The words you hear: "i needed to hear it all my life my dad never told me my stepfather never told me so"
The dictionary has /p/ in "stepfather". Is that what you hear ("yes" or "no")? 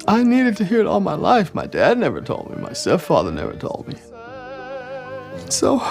no